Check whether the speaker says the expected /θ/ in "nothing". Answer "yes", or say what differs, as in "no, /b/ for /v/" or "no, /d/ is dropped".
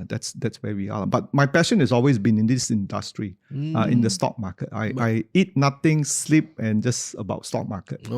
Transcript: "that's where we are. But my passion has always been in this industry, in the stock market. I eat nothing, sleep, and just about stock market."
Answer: no, /t/ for /θ/